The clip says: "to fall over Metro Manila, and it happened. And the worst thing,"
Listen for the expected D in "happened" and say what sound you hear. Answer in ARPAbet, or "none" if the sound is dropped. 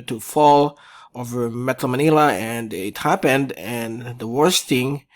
D